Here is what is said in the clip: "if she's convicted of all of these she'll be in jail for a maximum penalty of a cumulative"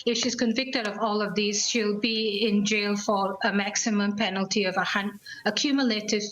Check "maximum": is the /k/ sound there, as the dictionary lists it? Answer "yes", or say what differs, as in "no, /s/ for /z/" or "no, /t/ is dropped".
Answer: yes